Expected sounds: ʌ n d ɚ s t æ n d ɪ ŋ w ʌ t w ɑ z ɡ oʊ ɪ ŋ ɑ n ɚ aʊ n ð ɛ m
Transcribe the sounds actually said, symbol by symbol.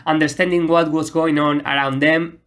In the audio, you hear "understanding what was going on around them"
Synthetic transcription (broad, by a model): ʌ n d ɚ s t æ n d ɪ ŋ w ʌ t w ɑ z ɡ oʊ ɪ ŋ ɑ n ɚ aʊ n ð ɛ m